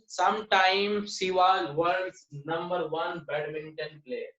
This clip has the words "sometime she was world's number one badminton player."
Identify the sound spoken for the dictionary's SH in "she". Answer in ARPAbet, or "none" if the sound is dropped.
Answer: S